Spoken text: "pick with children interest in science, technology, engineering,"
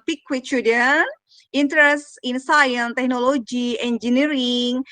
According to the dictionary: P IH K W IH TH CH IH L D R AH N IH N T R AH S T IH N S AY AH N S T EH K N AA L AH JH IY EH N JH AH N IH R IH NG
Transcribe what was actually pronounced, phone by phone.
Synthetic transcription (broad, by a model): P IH K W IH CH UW D AH N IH N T R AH S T IH N S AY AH N T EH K N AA L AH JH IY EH N JH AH N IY R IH NG